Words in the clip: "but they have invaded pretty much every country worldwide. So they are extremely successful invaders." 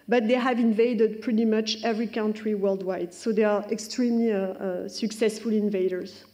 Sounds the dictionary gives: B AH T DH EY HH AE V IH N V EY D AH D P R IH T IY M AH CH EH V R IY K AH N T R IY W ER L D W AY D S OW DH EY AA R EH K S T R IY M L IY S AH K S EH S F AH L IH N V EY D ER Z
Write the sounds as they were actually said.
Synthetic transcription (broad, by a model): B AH T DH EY HH AE V IH N V EY D AH D P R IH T IY M AH CH EH V R IY K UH N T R IY W ER L D W AY D S OW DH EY AA R EH K S T R IY M L IY S AH K S EH S F AH L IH N V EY D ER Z